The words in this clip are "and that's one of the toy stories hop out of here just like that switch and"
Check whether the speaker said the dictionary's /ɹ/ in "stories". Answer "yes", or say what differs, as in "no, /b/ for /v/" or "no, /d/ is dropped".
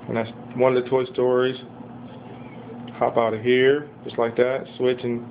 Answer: yes